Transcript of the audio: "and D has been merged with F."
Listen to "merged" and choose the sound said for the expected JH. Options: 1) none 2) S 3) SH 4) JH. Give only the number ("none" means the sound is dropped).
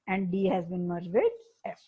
1